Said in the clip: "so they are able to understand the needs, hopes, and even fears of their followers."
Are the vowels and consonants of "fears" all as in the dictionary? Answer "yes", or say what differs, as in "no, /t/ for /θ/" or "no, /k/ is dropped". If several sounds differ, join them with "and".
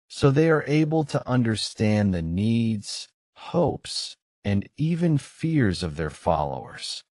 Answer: yes